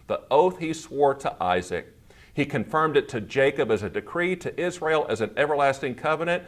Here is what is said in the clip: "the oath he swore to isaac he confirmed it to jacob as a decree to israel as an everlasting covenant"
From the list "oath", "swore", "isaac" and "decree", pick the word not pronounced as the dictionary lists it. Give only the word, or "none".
none